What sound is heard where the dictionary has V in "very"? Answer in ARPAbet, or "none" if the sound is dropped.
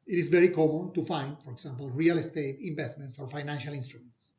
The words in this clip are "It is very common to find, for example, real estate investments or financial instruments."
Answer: V